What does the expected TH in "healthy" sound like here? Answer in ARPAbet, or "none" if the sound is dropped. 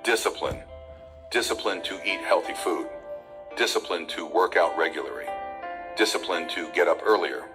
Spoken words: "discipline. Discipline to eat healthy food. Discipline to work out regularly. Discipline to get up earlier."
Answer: TH